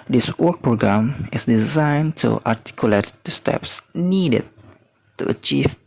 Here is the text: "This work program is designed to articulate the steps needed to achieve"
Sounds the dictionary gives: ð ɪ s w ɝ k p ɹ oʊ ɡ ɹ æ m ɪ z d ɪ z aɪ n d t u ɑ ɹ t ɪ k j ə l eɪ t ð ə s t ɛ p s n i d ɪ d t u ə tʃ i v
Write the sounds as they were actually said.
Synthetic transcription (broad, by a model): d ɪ s w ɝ k p ɹ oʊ ɡ ɹ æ m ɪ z d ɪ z aɪ n t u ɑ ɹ t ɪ k j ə l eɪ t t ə s t ɛ p s n i d ɪ d t u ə tʃ i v